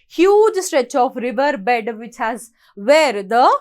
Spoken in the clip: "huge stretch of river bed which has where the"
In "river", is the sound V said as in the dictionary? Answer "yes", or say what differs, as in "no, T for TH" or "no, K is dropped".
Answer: yes